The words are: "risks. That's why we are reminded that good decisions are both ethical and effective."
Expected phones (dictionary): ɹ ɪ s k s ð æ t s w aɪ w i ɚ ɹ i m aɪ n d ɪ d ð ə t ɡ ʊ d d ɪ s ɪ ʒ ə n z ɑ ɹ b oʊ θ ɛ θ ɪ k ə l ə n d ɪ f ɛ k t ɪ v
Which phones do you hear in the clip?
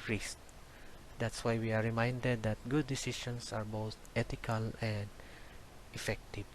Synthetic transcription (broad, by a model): ɹ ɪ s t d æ t s w aɪ w i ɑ ɹ i m aɪ n d ɪ d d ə t ɡ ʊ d d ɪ s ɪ ʃ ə n s ɑ ɹ b oʊ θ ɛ t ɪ k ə l ə n d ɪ f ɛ k t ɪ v